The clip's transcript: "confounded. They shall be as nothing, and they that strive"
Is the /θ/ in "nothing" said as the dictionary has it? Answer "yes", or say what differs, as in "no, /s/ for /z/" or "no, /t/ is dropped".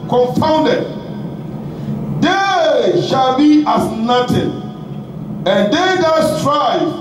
no, /t/ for /θ/